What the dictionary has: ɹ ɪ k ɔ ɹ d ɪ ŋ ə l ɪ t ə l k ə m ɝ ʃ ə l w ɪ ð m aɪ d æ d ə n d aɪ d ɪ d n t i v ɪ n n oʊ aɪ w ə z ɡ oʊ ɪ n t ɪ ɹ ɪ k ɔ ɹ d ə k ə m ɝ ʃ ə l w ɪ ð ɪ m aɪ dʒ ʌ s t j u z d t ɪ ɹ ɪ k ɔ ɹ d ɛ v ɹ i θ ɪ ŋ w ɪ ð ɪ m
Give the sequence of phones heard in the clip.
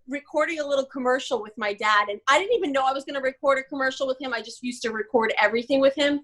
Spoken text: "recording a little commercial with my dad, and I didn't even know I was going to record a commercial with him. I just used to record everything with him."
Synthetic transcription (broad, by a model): ɹ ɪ k ɔ ɹ d ɪ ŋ ə l ɪ t l k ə m ɝ ʃ l w ɪ ð m aɪ d æ d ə n aɪ d ɪ d n t i v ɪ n n oʊ aɪ w ə z ɡ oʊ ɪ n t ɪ ɹ ɪ k ɔ ɹ d ə k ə m ɝ ʃ l w ɪ ð ɪ m aɪ dʒ ʌ s t j u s t ɪ ɹ ɪ k ɔ ɹ d ɛ v ɹ i θ ɪ ŋ w ɪ ð ɪ m